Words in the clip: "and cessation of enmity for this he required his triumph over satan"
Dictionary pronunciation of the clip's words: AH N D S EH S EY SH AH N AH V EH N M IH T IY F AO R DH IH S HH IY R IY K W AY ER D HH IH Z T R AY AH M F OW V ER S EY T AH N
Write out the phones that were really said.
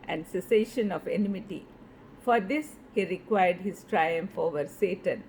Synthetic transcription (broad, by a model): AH N D S EH S EY SH AH N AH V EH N M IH T IY F AO R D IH S HH IY R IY K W AY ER D HH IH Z T R AY AH M F OW V ER S EY T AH N